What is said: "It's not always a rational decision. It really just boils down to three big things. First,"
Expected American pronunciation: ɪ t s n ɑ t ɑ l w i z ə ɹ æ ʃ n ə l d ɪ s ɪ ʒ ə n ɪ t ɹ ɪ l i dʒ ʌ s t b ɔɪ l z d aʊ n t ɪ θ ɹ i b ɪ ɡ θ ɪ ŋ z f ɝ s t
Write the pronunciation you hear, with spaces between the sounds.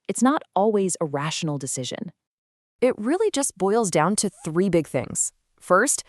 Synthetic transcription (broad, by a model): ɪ t s n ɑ t ɑ l w i z ə ɹ æ ʃ n l d ɪ s ɪ ʒ ə n ɪ t ɹ ɪ l i dʒ ʌ s b ɔɪ l z d aʊ n t ɪ θ ɹ i b ɪ ɡ θ ɪ ŋ z f ɝ s t